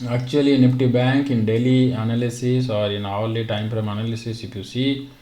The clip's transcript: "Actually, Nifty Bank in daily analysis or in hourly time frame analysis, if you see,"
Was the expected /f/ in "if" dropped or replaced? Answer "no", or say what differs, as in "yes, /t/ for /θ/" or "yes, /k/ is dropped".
yes, /p/ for /f/